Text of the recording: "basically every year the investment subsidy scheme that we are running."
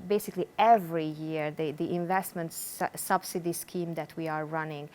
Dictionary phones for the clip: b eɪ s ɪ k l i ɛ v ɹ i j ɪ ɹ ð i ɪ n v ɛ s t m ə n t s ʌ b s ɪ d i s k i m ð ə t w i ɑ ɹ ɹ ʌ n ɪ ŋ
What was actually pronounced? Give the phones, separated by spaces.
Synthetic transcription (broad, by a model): b eɪ s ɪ k l i ɛ v ɹ i j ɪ ɹ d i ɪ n v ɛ s t m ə n t s ʌ b s ɪ d i s k i m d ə t w i ɑ ɹ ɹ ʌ n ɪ ŋ